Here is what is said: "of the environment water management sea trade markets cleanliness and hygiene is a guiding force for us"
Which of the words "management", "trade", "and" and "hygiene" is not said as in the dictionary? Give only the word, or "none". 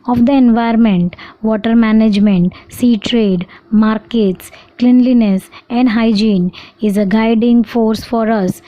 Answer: none